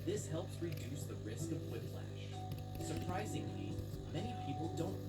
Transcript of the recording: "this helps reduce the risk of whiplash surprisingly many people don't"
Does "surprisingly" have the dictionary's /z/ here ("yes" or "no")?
yes